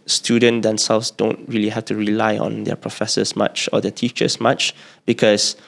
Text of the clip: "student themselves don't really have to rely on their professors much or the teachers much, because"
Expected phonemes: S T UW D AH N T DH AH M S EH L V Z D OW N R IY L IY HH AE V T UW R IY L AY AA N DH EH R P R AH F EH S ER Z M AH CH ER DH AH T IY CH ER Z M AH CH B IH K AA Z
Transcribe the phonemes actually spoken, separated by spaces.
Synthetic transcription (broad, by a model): S T UW D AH N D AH M S EH L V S D OW N R IY L IY HH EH F T UW R IY L AY AA N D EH P R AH F EH S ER S M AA CH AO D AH T IY CH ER S M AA CH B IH K AA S